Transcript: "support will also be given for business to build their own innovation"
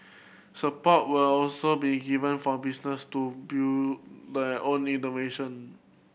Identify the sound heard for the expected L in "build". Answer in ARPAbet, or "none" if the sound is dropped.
none